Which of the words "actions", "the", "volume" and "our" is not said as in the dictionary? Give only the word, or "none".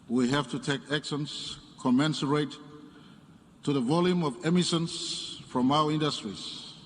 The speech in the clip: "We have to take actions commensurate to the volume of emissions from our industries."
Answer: actions